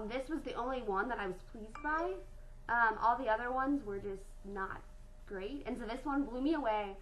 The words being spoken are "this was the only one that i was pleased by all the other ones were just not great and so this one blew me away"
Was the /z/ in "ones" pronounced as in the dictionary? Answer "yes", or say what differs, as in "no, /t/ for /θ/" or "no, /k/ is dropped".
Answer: yes